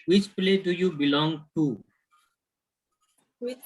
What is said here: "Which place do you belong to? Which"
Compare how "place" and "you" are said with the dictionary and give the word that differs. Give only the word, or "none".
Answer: place